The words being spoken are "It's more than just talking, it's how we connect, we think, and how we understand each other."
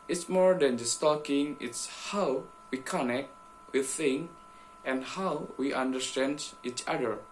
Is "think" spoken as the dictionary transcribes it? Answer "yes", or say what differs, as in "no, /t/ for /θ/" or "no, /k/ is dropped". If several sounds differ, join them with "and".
no, /k/ is dropped